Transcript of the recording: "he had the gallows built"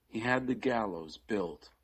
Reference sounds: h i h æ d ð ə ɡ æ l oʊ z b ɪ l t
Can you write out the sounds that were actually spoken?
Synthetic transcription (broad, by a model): h i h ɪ d ð ə ɡ æ l oʊ z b ɪ l t